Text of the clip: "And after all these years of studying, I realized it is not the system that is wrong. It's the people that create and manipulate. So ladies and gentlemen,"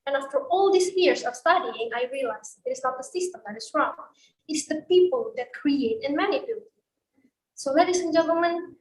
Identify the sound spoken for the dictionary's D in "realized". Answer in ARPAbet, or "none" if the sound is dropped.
none